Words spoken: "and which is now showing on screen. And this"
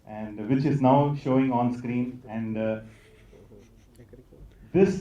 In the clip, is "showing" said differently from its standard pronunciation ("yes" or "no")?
no